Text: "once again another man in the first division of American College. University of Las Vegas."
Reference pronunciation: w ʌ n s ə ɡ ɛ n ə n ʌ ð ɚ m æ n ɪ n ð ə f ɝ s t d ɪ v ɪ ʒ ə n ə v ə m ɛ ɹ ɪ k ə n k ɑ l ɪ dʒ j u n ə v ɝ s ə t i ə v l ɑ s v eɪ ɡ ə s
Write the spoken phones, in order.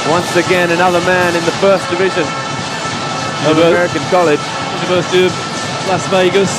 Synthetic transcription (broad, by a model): w ʌ n s ə ɡ ɛ n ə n ʌ ð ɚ m æ n ɪ n ð ə f ɝ s d ɪ v ɪ ʒ ə n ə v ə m ɛ ɹ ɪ k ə n k ɑ l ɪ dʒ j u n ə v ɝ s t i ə l ɑ s v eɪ ɡ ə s